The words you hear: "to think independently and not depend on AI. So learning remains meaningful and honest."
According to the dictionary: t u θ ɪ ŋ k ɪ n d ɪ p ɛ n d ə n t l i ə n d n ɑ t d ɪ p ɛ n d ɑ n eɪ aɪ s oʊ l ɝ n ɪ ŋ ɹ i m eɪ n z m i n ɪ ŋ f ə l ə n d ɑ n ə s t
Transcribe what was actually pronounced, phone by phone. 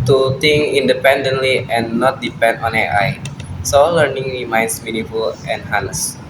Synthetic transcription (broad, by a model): t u t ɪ ŋ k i n d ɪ p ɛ n d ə n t l i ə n n ɑ t d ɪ p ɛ n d ɑ n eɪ aɪ s oʊ l ɝ n ɪ ŋ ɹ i m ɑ n s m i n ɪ f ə l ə n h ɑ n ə s